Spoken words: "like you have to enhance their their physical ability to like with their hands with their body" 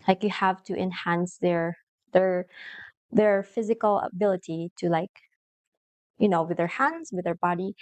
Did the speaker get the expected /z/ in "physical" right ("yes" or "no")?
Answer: yes